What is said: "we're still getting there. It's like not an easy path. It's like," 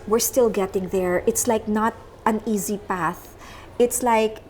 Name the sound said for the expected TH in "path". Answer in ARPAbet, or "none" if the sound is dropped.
TH